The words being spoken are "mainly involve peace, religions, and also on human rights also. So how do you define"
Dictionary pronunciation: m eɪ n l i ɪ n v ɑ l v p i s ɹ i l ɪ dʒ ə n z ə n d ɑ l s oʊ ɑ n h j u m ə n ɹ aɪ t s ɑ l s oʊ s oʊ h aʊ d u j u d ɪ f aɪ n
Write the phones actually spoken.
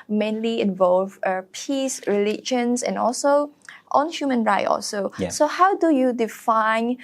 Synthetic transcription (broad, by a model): m eɪ n l i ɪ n v ɑ l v p i s ɹ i l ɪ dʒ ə n s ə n ɑ l s oʊ ɑ n h j u m ə n ɹ aɪ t ɑ l s oʊ s oʊ h aʊ d u j u d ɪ f aɪ n